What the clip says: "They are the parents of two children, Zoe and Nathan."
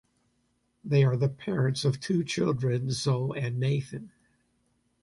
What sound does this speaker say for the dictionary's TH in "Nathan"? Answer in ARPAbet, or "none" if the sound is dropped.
TH